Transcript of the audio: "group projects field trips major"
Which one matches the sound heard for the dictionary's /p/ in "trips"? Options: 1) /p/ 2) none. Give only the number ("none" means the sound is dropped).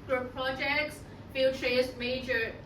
2